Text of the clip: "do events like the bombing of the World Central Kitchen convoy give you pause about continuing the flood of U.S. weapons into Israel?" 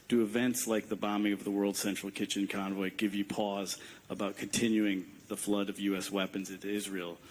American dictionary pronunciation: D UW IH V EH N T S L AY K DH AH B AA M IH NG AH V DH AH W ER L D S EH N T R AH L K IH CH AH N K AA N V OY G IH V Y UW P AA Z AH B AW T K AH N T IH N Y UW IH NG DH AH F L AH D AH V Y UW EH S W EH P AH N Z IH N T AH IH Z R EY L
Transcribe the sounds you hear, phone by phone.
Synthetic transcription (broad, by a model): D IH IH V EH N T S L AY K DH AH B AA M IH NG AH V DH AH W ER L D S EH N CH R L K IH CH AH N K AA N V OY G IH V Y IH P AA Z AH B AW T K AH N T IH N Y UW IH NG DH AH F L AH D AH V Y UW EH S W EH P AH N Z IH N T AH IH Z R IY L